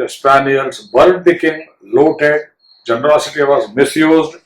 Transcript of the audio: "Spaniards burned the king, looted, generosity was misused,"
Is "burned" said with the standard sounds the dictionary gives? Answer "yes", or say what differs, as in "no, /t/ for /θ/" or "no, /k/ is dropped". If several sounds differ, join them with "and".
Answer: no, /l/ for /n/